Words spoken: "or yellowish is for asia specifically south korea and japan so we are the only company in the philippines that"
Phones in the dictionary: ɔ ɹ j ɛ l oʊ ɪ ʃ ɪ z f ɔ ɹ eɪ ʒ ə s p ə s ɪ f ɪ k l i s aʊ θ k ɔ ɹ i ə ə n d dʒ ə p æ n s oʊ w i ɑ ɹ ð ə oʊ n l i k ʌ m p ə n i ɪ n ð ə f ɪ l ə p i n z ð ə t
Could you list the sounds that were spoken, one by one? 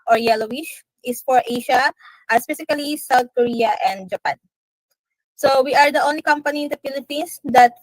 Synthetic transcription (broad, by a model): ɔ ɹ j ɛ l oʊ ɪ ʃ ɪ s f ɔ ɹ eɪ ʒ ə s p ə s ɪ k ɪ l i s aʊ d k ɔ ɹ i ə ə n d dʒ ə p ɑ n s oʊ w i ɑ ɹ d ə oʊ n l i k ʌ m p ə n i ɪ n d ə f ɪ l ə p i n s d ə t